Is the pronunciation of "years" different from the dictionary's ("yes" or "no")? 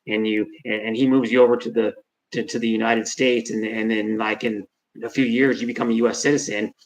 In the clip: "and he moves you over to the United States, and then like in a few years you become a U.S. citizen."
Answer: no